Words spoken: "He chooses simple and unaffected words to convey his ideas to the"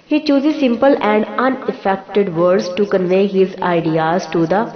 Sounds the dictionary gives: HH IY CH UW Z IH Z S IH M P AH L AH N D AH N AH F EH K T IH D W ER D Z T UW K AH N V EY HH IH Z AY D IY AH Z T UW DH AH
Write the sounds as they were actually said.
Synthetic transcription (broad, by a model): HH IY CH UW Z IH Z S IH M P AH L AH N D AH N AH F EH K T IH D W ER D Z T UW K AH N V EY HH IH Z AY D IY AH Z T UW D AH